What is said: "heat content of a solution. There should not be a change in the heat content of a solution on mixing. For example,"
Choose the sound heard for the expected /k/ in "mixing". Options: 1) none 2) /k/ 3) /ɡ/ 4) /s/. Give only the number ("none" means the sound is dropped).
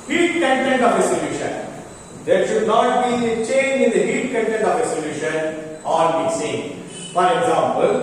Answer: 1